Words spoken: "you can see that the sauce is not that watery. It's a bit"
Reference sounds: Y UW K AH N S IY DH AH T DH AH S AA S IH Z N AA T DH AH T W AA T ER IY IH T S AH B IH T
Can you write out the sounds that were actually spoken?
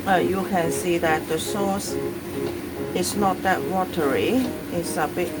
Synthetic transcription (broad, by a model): Y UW K AH N S IY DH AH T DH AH S AA S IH S N AA T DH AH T W AA T ER IY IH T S AH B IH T